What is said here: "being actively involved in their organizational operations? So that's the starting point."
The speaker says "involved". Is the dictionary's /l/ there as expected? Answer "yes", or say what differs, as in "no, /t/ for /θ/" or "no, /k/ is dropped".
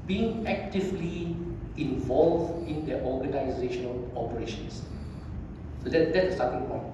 yes